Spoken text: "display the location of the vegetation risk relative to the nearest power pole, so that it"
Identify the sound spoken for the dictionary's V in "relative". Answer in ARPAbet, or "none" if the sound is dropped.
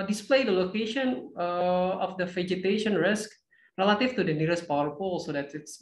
F